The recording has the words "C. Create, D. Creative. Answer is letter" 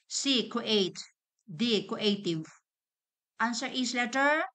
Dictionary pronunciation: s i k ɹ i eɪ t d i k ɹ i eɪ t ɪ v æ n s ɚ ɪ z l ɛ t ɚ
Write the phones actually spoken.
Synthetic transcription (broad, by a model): s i k i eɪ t d i k i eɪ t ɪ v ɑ n s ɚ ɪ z l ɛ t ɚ